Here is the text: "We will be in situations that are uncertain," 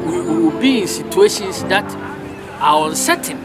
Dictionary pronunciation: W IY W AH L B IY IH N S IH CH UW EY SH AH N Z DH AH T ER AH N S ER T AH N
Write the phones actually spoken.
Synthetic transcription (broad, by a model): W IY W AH W B IY IH N S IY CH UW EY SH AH N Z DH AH T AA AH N S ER T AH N